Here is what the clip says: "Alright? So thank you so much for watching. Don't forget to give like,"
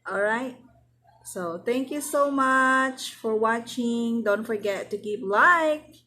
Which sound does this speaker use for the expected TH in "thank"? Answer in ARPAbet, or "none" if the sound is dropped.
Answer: T